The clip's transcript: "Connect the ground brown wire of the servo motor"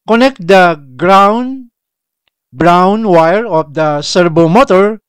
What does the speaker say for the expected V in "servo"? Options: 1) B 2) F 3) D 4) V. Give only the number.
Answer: 1